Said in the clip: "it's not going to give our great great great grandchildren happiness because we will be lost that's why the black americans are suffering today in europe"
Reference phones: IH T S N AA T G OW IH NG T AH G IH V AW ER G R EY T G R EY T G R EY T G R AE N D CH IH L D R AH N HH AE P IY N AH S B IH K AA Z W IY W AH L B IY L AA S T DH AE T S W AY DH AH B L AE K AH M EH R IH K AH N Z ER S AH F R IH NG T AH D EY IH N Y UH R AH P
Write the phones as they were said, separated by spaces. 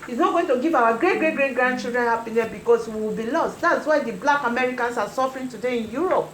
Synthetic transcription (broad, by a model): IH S N AA T G OW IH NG T AH G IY V AW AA G R EY T G R EY T G R EY T G R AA N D CH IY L D R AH N HH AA P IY N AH S B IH K AA S W IY W AH L B IY L AA S T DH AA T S W AY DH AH B L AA K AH M EH R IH K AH N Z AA S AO F R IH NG T AH D EY IH N Y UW R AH P